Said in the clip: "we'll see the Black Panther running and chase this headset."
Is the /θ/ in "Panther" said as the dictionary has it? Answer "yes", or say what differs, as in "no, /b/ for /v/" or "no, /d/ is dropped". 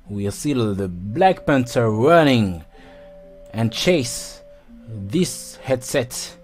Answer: no, /t/ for /θ/